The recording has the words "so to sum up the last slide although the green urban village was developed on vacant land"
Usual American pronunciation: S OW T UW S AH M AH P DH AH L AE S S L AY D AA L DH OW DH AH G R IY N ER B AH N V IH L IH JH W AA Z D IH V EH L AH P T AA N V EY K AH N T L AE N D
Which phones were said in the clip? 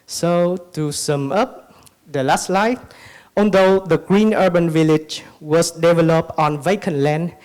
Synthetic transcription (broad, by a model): S OW T UW S AH M AH P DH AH L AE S S L AY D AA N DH OW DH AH G R IY N ER B AH N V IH L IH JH W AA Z D IH V EH L AH P T AA N V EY K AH N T L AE N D